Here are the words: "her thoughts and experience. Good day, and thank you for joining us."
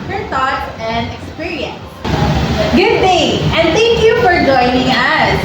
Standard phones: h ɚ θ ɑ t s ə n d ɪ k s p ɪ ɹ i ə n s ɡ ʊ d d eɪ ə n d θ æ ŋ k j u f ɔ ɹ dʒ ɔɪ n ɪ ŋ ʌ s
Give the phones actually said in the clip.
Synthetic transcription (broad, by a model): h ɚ t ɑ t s ə n d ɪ k s p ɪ ɹ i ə n s ɡ ʊ d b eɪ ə n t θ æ ŋ k j u f ɔ ɹ dʒ ɔɪ n ɪ ŋ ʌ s